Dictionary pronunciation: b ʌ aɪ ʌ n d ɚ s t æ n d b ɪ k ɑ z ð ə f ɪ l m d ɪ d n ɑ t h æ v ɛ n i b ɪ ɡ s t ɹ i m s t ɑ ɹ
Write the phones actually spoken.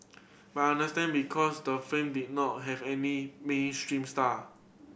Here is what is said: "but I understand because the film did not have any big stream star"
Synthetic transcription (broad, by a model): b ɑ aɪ n d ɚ s t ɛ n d b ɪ k ɑ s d ə f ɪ m d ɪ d n ɑ t h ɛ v ɛ n i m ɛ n s t ɹ i m s t ɑ